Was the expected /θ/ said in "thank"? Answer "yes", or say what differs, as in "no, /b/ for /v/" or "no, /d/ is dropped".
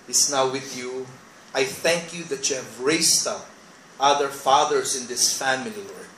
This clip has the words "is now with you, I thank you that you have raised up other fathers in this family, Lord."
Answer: yes